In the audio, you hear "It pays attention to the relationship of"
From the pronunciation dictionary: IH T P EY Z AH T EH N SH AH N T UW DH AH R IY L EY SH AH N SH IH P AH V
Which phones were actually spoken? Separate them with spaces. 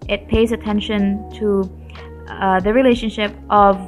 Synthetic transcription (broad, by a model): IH T P EY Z AH T EH N SH AH N T UW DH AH R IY L EY SH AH N SH IH P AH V